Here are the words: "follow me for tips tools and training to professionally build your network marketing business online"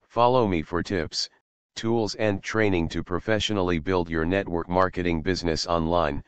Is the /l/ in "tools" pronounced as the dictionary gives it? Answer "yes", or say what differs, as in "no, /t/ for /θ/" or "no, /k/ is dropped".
yes